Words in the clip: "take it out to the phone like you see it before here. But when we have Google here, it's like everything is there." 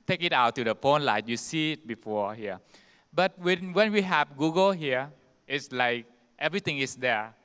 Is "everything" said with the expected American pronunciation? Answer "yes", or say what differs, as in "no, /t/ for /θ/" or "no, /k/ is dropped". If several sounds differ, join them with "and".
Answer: no, /t/ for /θ/